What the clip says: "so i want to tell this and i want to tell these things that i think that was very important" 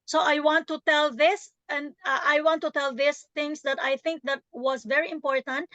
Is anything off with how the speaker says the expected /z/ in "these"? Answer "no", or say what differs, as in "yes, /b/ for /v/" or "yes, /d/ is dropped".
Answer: yes, /s/ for /z/